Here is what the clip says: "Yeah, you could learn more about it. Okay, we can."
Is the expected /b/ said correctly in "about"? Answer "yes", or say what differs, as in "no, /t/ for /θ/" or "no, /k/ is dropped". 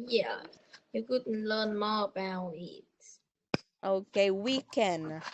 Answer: no, /b/ is dropped